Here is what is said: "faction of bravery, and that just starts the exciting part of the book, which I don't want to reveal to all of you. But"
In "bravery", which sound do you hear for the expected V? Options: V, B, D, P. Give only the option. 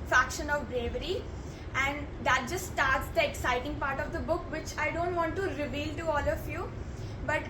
V